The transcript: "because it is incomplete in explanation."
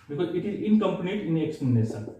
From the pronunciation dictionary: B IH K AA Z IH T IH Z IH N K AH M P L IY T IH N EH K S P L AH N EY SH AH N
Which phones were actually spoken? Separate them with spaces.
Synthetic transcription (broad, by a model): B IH K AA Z IH T IH Z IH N K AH M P N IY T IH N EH K S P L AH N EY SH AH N